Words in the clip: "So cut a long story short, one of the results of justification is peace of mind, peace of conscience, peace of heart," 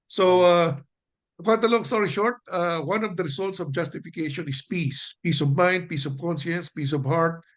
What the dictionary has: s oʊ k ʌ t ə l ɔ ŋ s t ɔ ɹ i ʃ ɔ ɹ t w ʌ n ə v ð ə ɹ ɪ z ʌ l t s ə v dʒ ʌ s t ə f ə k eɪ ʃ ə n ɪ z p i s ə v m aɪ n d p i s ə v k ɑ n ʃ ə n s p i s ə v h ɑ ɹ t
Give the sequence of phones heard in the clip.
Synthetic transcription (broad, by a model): s oʊ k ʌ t ə l ɔ ŋ s t ɔ ɹ i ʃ ɔ ɹ t w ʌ n ə v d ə ɹ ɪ s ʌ l t s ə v dʒ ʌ s t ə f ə k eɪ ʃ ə n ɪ s p i s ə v m aɪ n d p i s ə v k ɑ n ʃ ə n s p i s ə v h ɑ ɹ t